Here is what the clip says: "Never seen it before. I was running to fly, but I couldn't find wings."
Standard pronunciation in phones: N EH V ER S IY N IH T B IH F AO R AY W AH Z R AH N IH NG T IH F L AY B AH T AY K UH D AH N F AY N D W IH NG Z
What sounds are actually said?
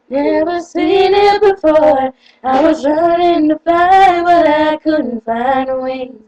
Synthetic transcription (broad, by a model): N EH V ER S IY N IH T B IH F AO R AY W AH Z R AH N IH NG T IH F AY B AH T AY K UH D N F AY N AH W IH